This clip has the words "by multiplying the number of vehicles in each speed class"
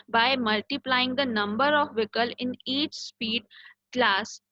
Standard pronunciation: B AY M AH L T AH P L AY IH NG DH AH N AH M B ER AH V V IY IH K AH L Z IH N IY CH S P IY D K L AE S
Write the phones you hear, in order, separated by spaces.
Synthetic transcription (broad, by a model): B AY M AH L T AH P L AY IH NG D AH N AH M B ER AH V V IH K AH L IH N IY CH S P IY D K L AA S